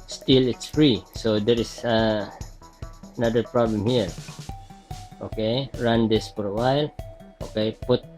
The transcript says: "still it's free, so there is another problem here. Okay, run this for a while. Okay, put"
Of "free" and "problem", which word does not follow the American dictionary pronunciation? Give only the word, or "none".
none